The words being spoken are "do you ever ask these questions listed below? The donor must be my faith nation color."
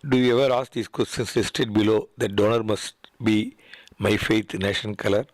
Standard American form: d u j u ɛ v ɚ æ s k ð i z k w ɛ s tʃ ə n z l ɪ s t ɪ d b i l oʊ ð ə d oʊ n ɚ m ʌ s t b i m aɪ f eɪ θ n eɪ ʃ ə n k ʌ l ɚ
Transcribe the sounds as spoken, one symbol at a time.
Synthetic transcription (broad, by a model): d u j u ɛ v ɚ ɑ s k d i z k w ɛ s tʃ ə n s l ɪ s t ɪ d b i l oʊ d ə d oʊ n ɚ m ʌ s t b i m aɪ f eɪ t n eɪ ʃ ə n k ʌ l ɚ